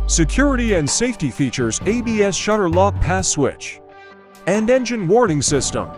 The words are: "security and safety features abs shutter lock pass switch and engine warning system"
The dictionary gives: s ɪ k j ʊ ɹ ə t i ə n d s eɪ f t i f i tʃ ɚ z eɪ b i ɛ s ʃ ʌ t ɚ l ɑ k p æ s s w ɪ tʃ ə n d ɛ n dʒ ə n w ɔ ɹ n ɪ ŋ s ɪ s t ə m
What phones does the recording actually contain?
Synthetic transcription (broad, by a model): s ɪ k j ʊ ɹ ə t i ə n d s eɪ f t i f i tʃ ɚ z eɪ b i ɛ s ʃ ʌ t ɚ l ɑ k p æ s s w ɪ tʃ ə n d ɛ n dʒ ə n w ɔ ɹ n ɪ ŋ s ɪ s t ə m